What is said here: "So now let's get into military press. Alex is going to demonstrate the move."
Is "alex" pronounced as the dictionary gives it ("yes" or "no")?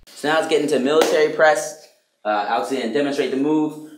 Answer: no